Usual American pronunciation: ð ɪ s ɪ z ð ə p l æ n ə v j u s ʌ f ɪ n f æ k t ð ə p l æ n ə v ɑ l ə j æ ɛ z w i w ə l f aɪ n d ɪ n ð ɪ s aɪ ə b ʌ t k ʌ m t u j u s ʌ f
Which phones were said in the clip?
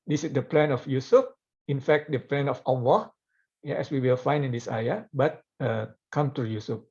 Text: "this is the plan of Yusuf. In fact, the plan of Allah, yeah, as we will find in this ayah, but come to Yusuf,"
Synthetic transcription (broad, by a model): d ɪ s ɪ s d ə p l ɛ n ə f j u s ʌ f ɪ n f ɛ k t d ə p l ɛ n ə f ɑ w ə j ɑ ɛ s w i w ə l f aɪ n d ɪ n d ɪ s aɪ ə b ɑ t k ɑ m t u j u s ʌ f